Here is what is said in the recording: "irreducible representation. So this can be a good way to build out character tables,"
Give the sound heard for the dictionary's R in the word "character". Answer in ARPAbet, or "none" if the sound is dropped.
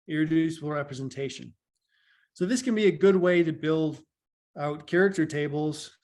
R